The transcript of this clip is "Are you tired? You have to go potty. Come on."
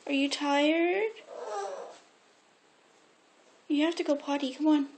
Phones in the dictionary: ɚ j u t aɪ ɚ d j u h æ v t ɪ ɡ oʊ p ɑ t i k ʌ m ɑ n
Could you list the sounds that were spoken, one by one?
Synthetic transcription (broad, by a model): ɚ j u t aɪ ɚ d j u h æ f t ɪ ɡ oʊ p ɑ t i k ʌ m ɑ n